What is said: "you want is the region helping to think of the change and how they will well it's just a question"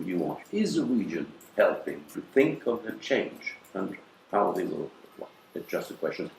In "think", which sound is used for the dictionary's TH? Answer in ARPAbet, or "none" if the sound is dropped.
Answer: TH